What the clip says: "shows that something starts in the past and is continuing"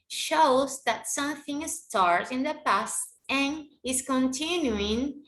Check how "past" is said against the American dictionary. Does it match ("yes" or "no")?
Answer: yes